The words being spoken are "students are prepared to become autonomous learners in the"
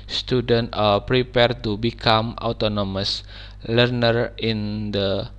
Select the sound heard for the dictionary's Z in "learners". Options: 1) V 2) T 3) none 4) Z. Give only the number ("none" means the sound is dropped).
3